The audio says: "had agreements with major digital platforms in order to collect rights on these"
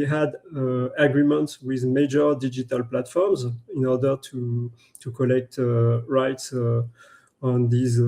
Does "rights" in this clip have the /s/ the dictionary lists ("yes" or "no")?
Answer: yes